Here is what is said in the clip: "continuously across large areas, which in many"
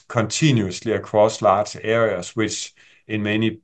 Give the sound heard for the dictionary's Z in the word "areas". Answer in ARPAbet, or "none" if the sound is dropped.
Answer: S